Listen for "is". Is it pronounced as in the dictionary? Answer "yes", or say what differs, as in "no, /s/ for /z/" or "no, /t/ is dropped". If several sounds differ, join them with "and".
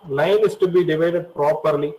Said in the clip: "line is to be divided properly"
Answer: no, /s/ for /z/